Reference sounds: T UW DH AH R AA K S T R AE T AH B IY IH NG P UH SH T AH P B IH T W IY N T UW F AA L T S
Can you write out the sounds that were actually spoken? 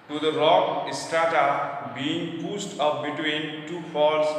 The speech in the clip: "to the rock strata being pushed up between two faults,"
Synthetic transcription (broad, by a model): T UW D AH R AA K S T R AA T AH B IY IH NG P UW S T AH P B IH T W IY N T UW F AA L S